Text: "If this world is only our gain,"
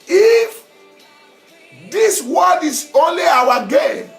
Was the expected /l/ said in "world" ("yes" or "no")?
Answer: no